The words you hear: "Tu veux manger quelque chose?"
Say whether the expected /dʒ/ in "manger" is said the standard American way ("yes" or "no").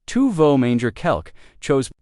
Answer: yes